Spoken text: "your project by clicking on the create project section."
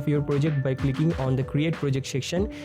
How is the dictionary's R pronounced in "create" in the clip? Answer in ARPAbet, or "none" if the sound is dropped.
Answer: R